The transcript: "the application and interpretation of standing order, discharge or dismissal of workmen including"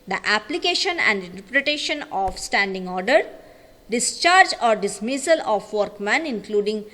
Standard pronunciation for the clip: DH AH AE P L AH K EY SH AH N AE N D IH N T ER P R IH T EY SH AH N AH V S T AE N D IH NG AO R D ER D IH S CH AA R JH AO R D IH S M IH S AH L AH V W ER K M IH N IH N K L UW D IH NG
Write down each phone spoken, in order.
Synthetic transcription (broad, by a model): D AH AE P L AH K EY SH AH N AE N D IH N T ER P R IH T EY SH AH N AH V S T AE N D IH NG AO R D ER D IH S CH AA R JH AO R D IH S M IH S AH L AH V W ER K M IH N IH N K L UW D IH NG